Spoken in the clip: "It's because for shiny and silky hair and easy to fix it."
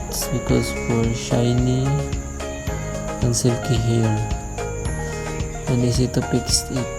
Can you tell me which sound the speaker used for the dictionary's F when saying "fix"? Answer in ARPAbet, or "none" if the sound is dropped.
P